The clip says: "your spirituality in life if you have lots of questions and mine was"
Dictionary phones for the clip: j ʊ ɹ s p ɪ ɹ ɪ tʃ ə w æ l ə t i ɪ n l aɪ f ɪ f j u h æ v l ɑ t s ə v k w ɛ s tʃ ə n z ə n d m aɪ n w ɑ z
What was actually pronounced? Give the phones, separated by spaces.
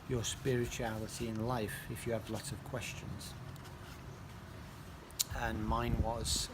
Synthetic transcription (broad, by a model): j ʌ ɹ s p ɪ ɹ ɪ tʃ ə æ l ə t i ɪ n l aɪ f ɪ f j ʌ v l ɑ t ə v k w ɛ s tʃ ə n z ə n m aɪ n w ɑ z